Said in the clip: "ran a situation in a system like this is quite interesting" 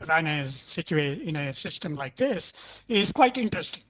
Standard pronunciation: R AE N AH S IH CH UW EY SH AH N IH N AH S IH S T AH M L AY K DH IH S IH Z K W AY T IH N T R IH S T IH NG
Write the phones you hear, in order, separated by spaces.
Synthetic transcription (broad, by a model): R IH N AH S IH CH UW EY AH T IH N AH S IH S T AH M L AY K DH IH S IH Z K W AY T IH N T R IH S T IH NG